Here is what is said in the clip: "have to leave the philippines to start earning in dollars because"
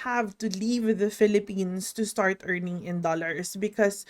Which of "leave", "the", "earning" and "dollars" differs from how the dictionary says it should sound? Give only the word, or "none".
dollars